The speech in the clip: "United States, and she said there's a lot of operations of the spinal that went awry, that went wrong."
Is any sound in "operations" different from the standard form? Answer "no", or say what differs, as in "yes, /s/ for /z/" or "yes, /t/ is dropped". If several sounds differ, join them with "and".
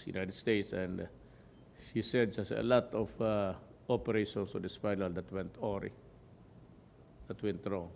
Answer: yes, /s/ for /z/